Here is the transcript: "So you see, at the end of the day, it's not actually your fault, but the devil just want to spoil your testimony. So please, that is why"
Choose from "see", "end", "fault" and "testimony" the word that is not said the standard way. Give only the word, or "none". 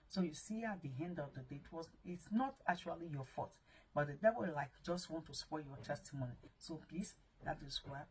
fault